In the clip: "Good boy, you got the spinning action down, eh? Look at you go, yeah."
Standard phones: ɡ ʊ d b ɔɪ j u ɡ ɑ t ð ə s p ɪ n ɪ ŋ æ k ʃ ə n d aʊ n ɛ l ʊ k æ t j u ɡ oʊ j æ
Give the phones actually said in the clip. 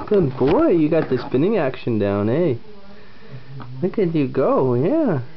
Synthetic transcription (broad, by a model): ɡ ʊ d b ɔɪ j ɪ ɡ ɑ t ð ə s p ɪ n ɪ ŋ æ k ʃ ə n d aʊ n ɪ w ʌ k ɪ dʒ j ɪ ɡ oʊ j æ